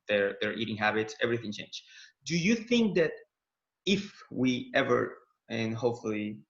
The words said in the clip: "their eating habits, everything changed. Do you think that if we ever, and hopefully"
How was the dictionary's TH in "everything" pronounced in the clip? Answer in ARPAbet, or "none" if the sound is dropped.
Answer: TH